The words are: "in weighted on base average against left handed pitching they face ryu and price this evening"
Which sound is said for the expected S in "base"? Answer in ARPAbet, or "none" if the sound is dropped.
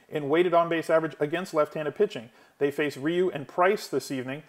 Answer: S